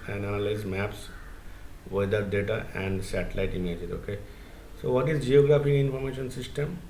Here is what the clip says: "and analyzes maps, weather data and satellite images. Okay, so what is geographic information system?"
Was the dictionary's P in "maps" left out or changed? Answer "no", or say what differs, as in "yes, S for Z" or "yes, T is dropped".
no